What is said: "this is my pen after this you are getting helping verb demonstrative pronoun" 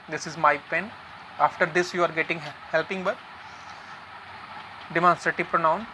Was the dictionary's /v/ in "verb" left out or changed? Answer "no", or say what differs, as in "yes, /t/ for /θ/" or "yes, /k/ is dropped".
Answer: yes, /b/ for /v/